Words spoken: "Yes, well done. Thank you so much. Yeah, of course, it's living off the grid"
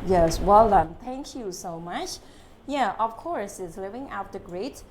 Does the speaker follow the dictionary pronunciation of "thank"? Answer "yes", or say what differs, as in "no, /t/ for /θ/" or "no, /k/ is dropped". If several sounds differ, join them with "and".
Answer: no, /t/ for /θ/